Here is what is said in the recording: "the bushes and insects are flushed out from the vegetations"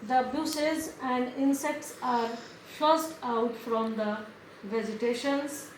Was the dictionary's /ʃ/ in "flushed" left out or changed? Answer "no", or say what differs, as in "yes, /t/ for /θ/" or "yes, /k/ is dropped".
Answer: yes, /s/ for /ʃ/